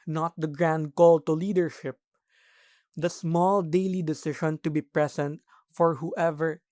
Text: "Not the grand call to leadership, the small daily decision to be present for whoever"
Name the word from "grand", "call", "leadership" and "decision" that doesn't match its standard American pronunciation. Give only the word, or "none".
decision